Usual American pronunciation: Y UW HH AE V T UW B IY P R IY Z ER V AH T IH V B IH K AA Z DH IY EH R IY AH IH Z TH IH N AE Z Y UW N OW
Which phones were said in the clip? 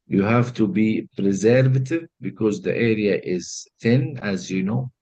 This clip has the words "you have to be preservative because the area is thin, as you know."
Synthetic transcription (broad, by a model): Y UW HH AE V T UW B IY P R IY Z ER V AH T IH V B IH K AA Z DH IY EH R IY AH IH Z TH IH N AE Z Y UW N OW